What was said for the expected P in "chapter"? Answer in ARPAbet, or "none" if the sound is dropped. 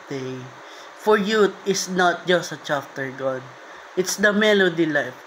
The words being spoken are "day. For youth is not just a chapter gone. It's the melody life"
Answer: F